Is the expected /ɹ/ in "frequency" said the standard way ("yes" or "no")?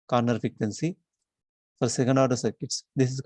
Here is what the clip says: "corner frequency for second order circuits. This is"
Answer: no